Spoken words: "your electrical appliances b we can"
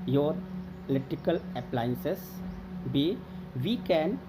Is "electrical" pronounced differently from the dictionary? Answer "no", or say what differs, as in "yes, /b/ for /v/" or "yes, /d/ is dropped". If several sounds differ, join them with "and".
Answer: yes, /k/ is dropped and /ɹ/ is dropped